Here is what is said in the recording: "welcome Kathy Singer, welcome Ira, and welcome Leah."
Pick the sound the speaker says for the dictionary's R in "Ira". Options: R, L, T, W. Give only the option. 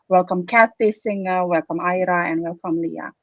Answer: R